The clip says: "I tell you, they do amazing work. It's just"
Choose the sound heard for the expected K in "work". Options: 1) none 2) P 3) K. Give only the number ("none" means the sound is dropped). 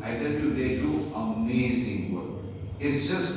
1